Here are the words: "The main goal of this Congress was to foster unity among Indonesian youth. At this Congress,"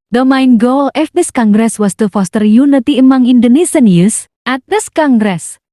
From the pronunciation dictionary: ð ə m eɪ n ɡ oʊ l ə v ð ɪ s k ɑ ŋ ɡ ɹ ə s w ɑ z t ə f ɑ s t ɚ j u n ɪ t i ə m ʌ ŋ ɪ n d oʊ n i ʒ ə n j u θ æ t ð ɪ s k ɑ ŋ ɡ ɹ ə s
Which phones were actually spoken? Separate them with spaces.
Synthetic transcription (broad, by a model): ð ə m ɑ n ɡ oʊ l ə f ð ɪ s k ɑ ŋ ɡ ɹ ə s w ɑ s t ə f ɑ s t ɚ j u n ɪ t i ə m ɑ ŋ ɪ n d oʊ n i s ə n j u s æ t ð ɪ s k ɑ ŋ ɡ ɹ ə s